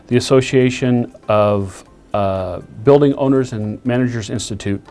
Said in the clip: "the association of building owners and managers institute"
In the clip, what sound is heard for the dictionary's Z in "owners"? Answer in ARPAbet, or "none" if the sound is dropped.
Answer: Z